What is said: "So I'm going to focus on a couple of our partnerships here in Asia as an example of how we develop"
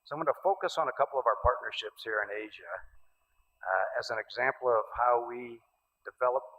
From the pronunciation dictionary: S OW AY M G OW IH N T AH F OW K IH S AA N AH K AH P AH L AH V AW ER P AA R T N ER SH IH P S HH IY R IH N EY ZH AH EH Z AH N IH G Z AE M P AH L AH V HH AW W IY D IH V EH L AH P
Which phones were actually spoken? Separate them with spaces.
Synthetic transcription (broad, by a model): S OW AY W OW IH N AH F OW K IH S N AH K AH P L AH V AW ER P AA R T N ER SH IH P S HH IY R IH N EY ZH AH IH Z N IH G Z AE M P L AH V HH AW W IY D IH V EH L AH P